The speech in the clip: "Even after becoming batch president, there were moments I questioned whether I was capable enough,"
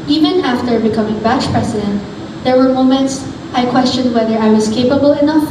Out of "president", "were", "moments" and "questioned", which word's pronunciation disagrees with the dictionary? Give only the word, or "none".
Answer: president